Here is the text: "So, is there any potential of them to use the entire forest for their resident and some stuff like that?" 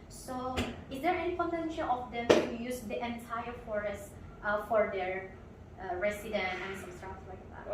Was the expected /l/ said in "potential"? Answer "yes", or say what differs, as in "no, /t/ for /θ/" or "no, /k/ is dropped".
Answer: no, /n/ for /l/